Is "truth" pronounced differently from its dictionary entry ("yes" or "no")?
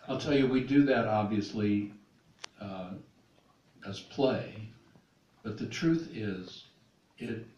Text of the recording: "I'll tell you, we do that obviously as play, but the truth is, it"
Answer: no